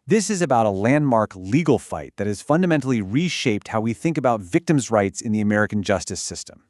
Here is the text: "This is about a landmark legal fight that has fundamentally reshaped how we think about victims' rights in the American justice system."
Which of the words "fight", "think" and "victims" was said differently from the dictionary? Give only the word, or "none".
none